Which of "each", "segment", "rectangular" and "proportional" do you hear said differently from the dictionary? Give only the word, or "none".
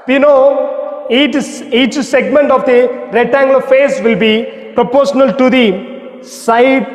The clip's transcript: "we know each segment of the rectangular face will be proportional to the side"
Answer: rectangular